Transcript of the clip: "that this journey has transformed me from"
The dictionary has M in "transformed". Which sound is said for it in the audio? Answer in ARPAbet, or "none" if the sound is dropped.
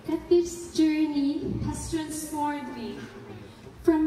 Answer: none